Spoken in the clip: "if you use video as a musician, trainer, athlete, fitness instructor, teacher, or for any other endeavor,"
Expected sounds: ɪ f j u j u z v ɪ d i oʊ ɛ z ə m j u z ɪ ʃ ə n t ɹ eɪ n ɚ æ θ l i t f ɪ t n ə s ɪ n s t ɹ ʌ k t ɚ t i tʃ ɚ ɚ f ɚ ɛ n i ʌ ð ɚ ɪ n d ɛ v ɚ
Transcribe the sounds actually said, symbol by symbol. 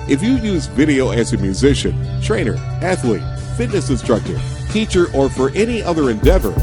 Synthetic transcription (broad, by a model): ɪ f j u j u z v ɪ d i oʊ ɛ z ə m j u z ɪ ʃ ə n t ɹ eɪ n ɚ æ θ l i t f ɪ t n ə s ɪ n s t ɹ ʌ k t ɚ t i tʃ ɚ ɚ f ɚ ɛ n i ʌ ð ɚ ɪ n d ɛ v ɚ